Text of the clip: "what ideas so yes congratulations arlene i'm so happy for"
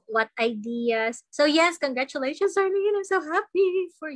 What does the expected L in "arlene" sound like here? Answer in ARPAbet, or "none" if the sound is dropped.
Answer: N